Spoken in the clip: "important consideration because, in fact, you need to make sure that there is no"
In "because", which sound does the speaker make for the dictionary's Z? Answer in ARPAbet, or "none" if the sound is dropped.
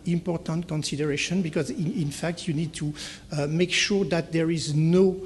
Z